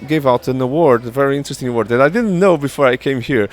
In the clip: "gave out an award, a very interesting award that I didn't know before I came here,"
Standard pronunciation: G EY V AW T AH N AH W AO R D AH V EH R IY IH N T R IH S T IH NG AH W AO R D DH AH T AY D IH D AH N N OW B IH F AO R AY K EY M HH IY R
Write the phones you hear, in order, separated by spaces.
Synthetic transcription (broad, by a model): G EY V AW T AH N AH W AO R D AH V EH R IY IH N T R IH S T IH NG AH W AO R D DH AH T AY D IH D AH N N OW B IH F AO R AY K EY M HH IY R